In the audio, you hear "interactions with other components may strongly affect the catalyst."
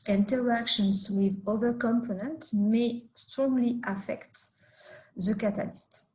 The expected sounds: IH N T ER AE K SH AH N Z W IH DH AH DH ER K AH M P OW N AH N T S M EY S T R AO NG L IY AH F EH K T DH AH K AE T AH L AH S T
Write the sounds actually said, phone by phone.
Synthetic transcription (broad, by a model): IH N T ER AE K SH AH N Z W IH DH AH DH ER K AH M P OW N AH N T M EY S T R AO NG L IY AH F EH K T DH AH K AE T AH L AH S T